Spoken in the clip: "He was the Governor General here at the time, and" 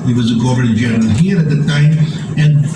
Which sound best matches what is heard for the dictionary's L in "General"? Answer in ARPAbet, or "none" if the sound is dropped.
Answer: N